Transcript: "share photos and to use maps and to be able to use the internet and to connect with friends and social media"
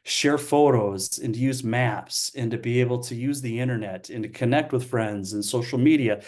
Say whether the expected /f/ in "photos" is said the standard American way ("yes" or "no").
yes